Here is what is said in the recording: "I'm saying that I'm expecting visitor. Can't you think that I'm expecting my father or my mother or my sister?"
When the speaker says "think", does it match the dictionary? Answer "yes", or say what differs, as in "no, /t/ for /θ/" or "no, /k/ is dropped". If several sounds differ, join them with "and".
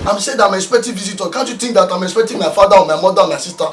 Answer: no, /t/ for /θ/